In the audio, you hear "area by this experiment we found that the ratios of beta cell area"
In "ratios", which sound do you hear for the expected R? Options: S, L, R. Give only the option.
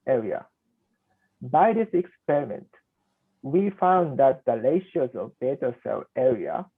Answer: L